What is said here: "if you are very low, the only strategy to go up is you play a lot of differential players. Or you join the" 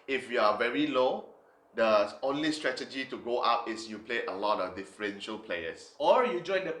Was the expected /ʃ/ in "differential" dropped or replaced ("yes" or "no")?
no